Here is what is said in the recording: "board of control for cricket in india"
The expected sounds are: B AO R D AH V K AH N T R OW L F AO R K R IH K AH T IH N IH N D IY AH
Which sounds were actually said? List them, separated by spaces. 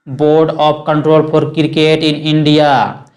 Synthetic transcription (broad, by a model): B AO R D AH P K AH N T R OW L P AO R K R K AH T IH N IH N D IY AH